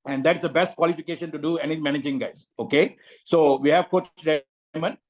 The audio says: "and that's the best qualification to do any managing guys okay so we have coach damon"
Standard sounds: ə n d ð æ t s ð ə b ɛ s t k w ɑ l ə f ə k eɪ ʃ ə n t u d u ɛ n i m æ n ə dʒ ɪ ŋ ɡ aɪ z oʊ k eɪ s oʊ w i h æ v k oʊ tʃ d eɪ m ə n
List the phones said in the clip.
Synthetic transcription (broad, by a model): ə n d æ t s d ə b ɛ s t k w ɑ l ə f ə k eɪ ʃ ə n t u d u ɛ n i m æ n ə dʒ ɪ ŋ ɡ aɪ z oʊ k eɪ s oʊ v i h æ v k oʊ tʃ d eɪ m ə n